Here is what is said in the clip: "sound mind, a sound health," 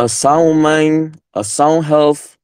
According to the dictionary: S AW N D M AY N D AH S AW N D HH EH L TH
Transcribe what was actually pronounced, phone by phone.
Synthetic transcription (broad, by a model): S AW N M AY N AH S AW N HH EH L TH